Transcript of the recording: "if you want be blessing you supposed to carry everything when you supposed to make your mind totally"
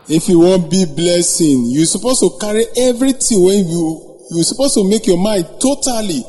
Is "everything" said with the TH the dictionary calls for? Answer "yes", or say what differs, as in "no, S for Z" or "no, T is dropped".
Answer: no, T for TH